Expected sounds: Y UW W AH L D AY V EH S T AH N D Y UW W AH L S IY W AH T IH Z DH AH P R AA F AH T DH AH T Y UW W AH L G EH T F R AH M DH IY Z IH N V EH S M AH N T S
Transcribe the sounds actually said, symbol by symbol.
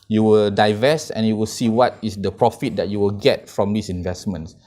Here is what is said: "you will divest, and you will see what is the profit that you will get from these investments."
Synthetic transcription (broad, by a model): Y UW W AH L D AY V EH S AH N Y UW W AH L S IY W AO T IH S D AH P R AA F AH T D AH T Y UW W AH L G EH T F R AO M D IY S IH N V EH S M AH N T S